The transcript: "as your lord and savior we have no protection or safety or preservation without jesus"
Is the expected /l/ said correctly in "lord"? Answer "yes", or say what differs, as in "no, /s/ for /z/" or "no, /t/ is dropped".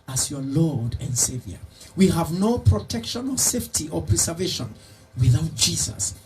yes